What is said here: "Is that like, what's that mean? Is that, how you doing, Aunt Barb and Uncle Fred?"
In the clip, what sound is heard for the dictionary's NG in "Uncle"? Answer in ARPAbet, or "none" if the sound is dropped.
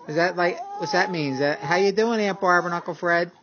none